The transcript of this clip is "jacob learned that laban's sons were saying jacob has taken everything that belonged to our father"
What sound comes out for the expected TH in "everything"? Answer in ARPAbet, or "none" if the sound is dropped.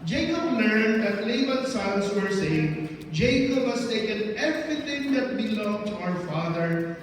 T